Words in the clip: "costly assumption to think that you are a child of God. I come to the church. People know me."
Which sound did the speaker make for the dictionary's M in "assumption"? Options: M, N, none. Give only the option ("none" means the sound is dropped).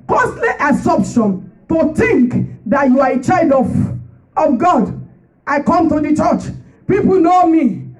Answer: none